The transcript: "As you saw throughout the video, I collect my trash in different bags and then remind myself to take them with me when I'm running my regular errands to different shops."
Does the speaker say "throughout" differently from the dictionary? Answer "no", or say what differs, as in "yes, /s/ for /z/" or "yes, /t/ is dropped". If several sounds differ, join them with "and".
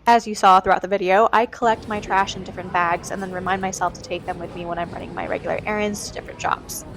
no